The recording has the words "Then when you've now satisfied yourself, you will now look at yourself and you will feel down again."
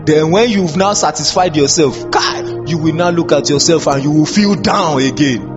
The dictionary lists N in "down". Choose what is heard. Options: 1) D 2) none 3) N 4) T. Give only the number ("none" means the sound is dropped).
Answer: 3